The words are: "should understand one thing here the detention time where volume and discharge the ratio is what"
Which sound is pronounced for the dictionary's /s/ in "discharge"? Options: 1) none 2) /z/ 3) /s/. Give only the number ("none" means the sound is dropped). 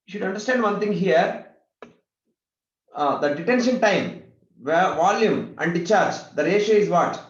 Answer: 1